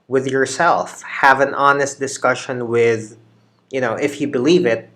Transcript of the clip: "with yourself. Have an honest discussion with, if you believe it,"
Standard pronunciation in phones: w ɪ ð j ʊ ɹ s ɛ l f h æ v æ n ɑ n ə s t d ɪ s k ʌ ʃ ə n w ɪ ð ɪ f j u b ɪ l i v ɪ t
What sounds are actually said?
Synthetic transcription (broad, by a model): w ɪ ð j ʊ ɹ s ɛ l f h æ v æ n ɑ n ə s t d ɪ s k ʌ ʃ ə n w ɪ ð ɪ f j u b ɪ l i v ɪ t